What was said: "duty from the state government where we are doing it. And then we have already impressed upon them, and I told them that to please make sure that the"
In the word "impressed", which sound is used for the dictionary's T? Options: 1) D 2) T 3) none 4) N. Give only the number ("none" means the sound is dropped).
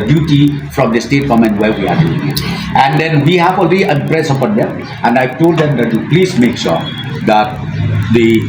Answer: 3